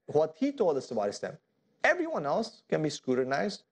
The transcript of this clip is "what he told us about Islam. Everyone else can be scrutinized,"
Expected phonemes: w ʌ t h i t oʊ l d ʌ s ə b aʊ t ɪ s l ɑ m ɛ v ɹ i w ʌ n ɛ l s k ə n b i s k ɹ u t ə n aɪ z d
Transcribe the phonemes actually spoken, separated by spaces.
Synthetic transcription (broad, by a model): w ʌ t h i t oʊ l d ʌ s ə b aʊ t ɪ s ɛ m ɛ v ɹ i w ʌ n ɛ l s k ə n b i s k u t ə n aɪ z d